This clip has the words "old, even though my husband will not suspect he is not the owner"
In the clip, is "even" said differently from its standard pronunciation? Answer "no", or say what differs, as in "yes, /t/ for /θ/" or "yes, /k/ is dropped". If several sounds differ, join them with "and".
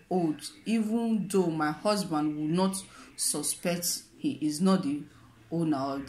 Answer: no